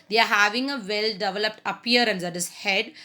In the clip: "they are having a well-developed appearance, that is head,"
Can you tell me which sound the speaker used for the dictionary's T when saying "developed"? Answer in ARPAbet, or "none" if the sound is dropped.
T